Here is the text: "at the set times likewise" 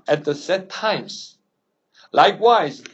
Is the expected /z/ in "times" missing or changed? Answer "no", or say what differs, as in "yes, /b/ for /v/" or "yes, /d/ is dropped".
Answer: yes, /s/ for /z/